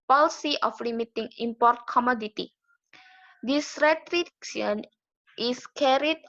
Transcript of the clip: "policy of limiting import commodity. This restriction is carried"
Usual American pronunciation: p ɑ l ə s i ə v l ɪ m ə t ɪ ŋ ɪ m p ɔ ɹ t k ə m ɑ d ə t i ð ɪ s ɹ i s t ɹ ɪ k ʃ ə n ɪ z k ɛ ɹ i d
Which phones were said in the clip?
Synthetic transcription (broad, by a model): p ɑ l s i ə f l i m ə t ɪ ŋ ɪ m p ɔ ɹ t k ə m ɑ d ə t i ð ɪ s ɹ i t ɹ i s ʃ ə n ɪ s k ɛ ɹ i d